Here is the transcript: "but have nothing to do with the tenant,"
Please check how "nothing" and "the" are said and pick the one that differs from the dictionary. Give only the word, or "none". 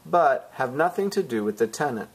none